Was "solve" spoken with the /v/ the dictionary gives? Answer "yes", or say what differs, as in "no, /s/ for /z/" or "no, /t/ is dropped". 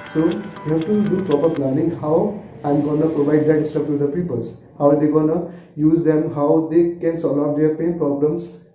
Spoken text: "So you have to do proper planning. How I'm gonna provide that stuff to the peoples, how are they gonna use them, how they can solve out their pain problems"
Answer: no, /v/ is dropped